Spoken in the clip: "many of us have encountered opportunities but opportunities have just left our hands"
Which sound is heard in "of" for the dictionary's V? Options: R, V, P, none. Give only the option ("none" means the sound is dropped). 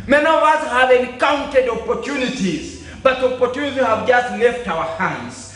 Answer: V